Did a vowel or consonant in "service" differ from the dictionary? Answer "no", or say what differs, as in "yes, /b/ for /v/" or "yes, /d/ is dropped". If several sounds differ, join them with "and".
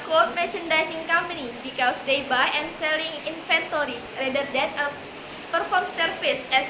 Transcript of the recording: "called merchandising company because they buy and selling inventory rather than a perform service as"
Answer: yes, /f/ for /v/